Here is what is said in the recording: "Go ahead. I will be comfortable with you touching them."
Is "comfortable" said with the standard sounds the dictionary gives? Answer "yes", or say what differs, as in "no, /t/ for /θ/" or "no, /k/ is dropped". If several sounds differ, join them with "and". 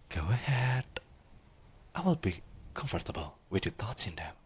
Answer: yes